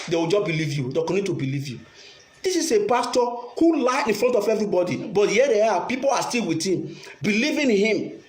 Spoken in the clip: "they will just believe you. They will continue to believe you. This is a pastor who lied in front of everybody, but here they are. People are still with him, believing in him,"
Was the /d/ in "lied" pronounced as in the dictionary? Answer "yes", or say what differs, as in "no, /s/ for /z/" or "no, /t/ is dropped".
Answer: no, /d/ is dropped